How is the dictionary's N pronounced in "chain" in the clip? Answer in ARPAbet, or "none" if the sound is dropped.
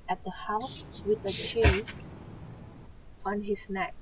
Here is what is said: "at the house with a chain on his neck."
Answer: L